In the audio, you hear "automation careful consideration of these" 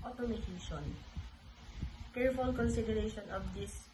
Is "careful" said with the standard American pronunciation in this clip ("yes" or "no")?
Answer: yes